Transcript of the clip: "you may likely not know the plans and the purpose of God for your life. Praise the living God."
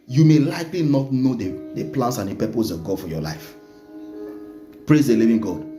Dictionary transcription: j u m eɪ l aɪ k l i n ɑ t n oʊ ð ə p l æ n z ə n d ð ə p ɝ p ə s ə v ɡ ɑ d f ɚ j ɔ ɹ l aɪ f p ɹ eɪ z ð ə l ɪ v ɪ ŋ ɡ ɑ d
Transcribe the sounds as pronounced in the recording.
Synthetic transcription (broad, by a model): j u m eɪ l aɪ k l i n ɑ t n oʊ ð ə p l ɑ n s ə n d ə p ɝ p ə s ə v ɡ ɑ d f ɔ j ɔ l aɪ f p ɹ eɪ z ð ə l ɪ v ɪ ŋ ɡ ɑ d